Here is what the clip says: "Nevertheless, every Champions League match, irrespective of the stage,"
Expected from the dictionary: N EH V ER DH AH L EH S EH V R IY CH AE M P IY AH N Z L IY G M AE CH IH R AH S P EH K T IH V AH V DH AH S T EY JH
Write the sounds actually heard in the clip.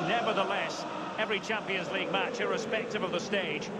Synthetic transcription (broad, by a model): N EH V ER DH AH L EH S EH V R IY CH AE M P IY AH N Z L IY G M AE CH IH R AH S P EH K T IH V AH V DH AH S T EY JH